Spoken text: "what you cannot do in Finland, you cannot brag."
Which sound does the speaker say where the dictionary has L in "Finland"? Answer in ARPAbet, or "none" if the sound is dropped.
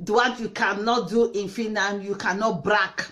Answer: none